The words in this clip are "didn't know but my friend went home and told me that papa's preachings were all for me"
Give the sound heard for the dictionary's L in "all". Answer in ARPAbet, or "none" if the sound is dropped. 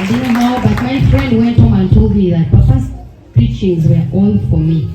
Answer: N